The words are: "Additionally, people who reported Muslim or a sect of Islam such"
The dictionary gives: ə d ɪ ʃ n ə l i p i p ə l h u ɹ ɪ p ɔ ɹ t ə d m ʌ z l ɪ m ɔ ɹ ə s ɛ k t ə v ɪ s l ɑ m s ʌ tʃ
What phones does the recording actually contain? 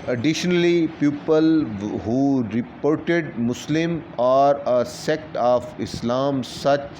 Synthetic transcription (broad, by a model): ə d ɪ ʃ n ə l i p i p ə l h u ɹ ɪ p ɔ ɹ t ə d m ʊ s l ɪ m ɔ ɹ ə s ɛ k t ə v ɪ s l ɑ m s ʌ tʃ